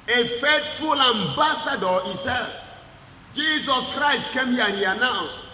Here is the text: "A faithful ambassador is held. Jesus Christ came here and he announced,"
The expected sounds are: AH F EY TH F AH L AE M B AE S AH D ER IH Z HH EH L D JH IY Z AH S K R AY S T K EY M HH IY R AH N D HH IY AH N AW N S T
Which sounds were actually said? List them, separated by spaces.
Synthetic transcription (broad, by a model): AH F EY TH F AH L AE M B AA S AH D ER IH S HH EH D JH IY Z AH S K R AY S T K EY M HH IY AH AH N HH IY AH N AW N S T